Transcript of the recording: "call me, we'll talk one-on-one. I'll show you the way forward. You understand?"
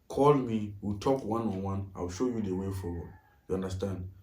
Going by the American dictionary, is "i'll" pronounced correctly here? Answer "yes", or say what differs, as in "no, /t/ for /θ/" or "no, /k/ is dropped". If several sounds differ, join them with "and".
no, /w/ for /l/